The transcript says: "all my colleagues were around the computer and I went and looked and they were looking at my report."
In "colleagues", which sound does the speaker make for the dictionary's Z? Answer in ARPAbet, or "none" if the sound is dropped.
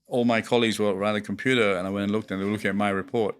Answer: Z